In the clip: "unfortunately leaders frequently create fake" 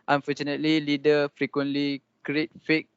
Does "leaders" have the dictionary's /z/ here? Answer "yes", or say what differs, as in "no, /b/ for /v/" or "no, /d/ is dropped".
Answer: no, /z/ is dropped